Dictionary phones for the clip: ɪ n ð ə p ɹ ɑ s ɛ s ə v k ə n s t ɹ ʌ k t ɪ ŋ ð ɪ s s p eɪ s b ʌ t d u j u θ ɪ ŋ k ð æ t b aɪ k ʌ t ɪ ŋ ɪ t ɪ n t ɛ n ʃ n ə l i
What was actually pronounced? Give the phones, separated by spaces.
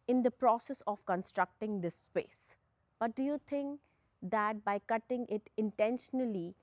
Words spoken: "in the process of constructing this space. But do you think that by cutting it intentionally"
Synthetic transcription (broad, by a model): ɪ n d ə p ɹ ɑ s ɛ s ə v k ə n s t ɹ ʌ k t ɪ ŋ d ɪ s s p eɪ s b ʌ t d u j u t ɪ ŋ k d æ t b aɪ k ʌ t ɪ ŋ ɪ t ɪ n t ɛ n ʃ n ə l i